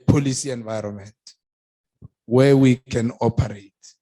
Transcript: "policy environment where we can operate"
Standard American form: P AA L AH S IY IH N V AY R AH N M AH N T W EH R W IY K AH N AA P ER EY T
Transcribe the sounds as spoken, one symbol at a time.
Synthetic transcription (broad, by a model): P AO L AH S IY IH N V AY R AH N M AH N T W EH W IY K AH N AA P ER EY T